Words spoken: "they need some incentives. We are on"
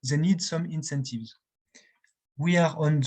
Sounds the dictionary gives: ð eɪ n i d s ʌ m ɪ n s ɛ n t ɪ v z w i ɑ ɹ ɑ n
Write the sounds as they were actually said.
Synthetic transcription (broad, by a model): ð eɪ n i d s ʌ m ɪ n s ɛ n t ɪ v z w i ɑ ɹ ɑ n